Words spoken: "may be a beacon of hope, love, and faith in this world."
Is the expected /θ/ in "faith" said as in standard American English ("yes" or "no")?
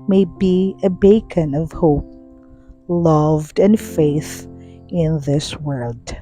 yes